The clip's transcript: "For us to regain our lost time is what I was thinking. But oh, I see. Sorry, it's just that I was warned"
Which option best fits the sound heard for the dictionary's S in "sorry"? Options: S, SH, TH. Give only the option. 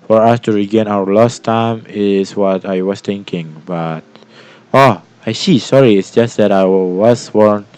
S